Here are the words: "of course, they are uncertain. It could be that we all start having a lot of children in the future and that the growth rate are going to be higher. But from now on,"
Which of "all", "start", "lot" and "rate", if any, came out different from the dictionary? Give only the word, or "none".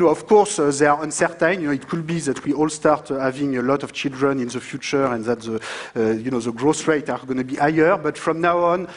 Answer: none